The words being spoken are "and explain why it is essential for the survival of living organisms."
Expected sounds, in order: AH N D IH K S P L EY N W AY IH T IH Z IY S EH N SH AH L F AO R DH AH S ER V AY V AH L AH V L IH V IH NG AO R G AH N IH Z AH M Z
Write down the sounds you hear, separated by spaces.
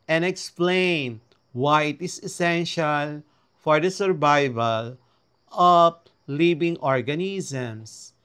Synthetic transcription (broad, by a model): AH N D IH K S P L EY N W AY IH T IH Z IY S EH N SH AH L F AO R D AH S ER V AY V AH L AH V L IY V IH NG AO R G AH N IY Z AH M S